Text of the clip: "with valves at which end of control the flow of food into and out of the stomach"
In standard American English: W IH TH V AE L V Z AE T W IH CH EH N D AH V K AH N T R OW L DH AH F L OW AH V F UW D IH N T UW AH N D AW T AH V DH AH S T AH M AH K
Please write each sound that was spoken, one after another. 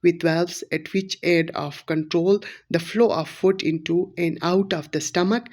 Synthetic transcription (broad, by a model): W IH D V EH L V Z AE T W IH CH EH D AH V K AH N T R OW L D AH F L OW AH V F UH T IH N T UW AH N D AW T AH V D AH S T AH M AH K